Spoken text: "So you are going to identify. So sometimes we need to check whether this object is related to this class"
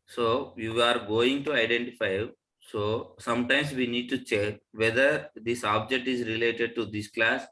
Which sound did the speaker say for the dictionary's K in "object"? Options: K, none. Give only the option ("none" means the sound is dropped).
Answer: K